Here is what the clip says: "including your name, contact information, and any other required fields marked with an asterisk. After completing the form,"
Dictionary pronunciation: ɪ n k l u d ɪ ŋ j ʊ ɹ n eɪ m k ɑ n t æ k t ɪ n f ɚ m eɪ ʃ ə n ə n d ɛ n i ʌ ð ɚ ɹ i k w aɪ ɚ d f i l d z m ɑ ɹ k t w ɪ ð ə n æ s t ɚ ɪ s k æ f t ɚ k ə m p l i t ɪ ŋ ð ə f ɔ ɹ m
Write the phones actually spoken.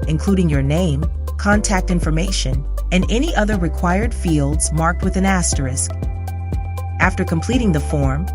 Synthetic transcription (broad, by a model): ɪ n k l u d ɪ ŋ j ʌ ɹ n eɪ m k ɑ n t æ k t ɪ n f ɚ m eɪ ʃ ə n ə n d ɛ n i ʌ ð ɚ ɹ i k w aɪ ɚ d f i l d z m ɑ ɹ k t w ɪ ð ə n æ s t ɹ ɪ s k æ f t ɚ k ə m p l i t ɪ ŋ ð ə f ɔ ɹ m